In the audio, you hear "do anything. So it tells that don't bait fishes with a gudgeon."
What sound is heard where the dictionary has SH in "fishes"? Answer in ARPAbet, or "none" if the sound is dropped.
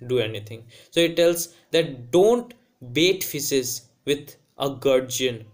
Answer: S